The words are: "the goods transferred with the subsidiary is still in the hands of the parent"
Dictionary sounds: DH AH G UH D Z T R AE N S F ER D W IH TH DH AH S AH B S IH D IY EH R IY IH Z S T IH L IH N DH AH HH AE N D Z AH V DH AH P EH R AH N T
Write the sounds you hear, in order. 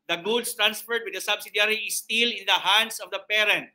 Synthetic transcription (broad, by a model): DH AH G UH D S T R AE N S F ER D W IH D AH S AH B S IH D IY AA R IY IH S T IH L IH N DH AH HH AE N D S AH V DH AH P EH R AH N T